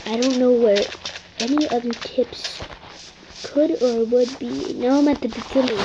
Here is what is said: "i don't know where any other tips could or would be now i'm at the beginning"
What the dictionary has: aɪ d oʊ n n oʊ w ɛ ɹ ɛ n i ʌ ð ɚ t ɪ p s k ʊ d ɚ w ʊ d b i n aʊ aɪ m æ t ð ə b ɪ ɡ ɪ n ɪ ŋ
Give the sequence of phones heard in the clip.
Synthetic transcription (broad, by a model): aɪ d oʊ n n oʊ w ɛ ɹ ɛ n i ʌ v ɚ t ɪ p s k ʊ d ɚ w ʊ d b i n aʊ aɪ m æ t ð ə b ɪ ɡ ɪ n ɪ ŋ